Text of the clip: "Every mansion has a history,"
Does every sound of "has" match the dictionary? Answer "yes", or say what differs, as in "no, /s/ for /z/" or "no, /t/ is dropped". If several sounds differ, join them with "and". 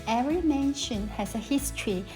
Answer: no, /s/ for /z/